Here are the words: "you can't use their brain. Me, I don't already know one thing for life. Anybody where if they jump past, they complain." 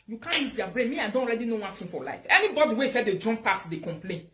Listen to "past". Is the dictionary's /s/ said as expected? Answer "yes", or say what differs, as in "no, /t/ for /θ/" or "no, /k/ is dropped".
no, /s/ is dropped